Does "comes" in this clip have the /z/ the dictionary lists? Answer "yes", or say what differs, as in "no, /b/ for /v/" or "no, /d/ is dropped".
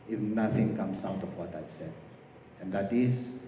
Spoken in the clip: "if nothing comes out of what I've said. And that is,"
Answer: no, /s/ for /z/